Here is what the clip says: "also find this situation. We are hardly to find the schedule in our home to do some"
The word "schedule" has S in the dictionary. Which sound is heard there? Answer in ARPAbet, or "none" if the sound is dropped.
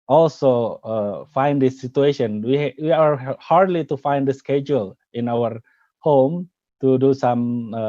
S